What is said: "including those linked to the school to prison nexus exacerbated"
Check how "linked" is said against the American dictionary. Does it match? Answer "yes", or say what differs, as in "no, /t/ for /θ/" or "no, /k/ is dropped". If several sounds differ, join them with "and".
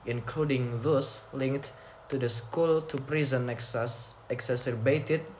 yes